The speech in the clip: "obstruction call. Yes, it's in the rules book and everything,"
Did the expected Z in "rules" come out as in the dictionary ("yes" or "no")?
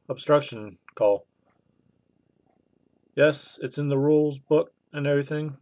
yes